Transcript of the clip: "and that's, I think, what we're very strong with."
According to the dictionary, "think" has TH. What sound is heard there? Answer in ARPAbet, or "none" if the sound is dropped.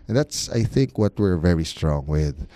TH